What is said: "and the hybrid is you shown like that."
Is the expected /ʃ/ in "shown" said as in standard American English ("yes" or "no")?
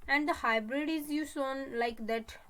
no